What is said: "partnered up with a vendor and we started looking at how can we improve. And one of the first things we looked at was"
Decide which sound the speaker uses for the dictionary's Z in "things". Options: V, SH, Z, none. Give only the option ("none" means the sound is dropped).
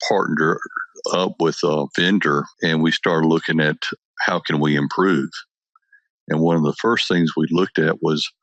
Z